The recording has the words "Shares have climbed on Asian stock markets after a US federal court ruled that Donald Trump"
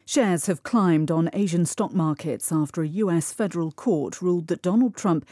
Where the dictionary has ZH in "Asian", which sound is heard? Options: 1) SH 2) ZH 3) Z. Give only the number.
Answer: 2